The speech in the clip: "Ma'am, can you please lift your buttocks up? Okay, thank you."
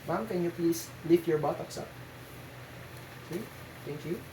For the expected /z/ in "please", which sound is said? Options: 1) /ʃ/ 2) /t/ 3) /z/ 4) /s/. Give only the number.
4